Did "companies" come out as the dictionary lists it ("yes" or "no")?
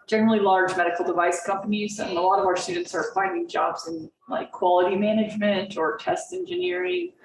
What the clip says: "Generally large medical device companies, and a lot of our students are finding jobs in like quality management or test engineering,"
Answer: yes